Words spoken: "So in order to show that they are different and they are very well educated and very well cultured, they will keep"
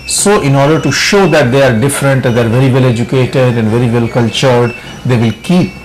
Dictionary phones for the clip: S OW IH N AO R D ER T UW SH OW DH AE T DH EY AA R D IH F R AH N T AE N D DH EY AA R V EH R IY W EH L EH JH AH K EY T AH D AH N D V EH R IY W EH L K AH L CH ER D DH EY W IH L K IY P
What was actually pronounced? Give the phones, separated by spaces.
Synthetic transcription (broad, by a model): S OW IH N AO R D ER T UW SH OW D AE T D EY AA R D IH F R AH N T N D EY AA R V EH R IY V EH L EH JH AH K EY T AH D AH N D V EH R IY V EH L K AH L CH ER D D EY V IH L K IY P